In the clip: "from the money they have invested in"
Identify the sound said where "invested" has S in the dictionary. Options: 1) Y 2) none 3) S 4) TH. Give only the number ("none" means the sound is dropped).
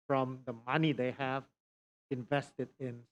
3